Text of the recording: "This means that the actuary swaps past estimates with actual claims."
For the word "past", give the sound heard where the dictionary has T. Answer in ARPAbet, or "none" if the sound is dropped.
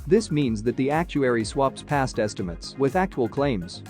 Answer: T